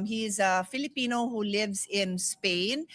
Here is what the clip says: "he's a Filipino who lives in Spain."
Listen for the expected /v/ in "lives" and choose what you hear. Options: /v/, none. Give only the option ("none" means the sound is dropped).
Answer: /v/